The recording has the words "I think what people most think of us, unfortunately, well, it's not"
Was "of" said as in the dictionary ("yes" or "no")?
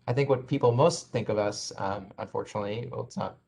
yes